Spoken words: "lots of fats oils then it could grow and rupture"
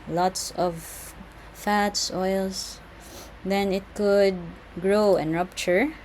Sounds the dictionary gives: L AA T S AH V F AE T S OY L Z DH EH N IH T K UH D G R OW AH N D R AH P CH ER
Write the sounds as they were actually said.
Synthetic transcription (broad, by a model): L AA T S AH V F AE T S OY L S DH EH N IH T K UH D G R OW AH N R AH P CH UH